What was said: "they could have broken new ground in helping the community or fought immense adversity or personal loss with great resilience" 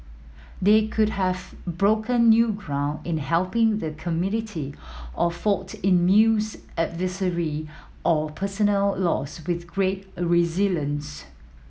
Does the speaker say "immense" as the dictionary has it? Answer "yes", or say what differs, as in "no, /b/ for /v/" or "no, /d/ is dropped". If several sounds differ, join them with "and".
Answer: no, /n/ is dropped